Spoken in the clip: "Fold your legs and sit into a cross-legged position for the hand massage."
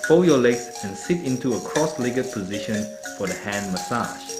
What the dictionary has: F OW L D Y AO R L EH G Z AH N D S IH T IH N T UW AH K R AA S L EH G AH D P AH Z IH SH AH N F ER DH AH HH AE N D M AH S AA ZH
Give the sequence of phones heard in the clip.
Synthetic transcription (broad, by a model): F OW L Y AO L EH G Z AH N S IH T IH N T UW AH K R AA S L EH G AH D P AH Z IH SH AH N F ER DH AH HH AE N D M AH S AA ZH